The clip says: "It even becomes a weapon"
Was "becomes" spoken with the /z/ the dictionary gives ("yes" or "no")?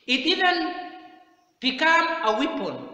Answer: no